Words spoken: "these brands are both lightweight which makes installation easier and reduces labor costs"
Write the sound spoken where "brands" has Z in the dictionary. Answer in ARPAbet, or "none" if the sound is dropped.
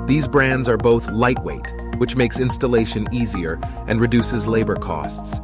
Z